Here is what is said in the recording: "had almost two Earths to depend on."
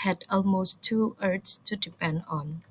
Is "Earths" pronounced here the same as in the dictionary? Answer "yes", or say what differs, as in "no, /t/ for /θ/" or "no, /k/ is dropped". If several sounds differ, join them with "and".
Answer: no, /t/ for /θ/